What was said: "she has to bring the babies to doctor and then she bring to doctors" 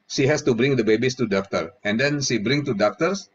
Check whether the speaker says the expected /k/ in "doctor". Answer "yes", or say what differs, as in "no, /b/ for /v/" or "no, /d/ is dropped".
yes